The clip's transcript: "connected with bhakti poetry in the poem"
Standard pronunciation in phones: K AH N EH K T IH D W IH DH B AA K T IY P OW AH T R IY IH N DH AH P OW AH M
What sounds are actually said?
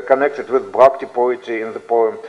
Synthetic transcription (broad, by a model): K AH N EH K T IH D W IH DH B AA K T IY P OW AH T IY IH N DH AH P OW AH M